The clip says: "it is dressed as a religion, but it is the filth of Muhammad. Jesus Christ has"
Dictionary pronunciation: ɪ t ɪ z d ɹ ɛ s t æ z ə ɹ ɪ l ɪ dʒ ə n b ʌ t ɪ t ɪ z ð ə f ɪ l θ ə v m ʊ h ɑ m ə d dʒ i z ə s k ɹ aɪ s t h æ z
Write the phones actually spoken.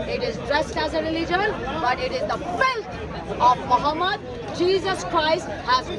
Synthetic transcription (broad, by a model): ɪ t ɪ z d ɹ ɛ s t æ z ə ɹ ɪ l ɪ dʒ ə l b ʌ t ɪ t ɪ z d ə f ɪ l t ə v m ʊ h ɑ m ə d dʒ i z ə s k ɹ aɪ s t h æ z